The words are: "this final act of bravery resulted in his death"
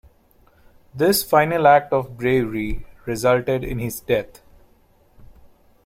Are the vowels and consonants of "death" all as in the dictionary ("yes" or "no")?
no